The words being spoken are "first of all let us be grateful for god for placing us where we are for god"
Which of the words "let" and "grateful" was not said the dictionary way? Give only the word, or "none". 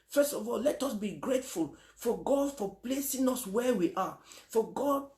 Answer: none